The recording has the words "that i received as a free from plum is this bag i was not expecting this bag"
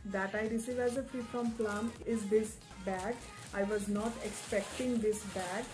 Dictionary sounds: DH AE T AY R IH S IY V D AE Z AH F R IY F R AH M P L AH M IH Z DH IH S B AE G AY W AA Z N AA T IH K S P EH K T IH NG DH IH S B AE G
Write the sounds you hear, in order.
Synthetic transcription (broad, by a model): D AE T AY R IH S IY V AE Z AH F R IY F R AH M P L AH M IH Z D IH S B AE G AY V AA Z N AA T IH K S P EH K T IH NG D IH S B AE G